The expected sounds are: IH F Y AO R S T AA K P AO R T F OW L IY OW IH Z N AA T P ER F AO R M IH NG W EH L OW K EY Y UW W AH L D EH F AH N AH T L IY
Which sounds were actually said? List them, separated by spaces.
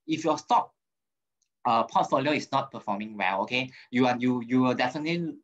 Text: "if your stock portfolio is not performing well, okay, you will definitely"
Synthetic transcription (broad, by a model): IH F Y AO S T AA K P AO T F OW L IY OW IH S N AA T P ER F AO M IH NG W EH L OW K EY Y UW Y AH W D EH F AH N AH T L IY